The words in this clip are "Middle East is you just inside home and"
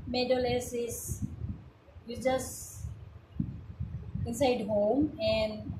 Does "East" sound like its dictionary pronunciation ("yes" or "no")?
no